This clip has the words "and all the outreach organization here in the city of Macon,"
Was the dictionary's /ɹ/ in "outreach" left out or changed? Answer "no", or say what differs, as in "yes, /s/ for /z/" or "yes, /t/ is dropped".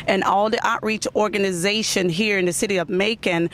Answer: no